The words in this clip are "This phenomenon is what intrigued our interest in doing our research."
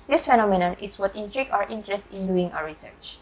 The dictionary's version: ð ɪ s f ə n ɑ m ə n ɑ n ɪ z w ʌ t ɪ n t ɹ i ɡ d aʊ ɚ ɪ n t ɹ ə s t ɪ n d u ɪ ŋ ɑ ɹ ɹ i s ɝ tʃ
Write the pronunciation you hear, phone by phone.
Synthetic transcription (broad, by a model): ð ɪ s f ə n ɑ m ə n ɑ n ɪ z w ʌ t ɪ n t ɹ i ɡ aʊ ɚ ɪ n t ɹ ə s t ɪ n d u ɪ ŋ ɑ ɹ ɹ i s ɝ tʃ